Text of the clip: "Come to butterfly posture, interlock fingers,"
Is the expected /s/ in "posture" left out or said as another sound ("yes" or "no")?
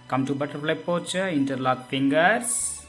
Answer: yes